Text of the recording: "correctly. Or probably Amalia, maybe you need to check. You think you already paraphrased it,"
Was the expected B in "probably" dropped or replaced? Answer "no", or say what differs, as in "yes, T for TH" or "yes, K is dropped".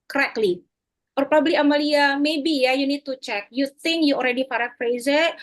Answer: no